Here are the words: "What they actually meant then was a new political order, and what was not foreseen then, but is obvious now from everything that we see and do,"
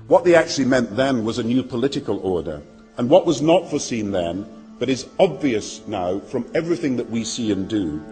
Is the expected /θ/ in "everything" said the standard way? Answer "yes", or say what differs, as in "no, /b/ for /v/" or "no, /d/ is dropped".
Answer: yes